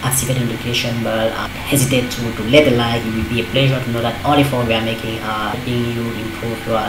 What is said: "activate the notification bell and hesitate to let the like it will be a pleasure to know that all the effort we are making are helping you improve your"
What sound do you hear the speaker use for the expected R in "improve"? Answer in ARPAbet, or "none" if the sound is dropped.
none